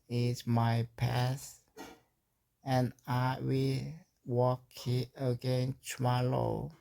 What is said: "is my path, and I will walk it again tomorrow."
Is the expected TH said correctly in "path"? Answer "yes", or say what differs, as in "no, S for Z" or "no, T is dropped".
no, S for TH